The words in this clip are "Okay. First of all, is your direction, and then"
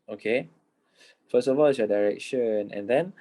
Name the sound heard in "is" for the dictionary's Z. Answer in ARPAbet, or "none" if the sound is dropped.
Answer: S